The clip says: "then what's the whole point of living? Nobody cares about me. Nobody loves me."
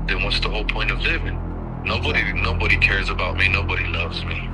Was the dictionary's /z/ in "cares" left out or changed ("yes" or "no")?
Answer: no